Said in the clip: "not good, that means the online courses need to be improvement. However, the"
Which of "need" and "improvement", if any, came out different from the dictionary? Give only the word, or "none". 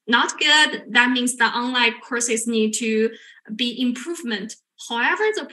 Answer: none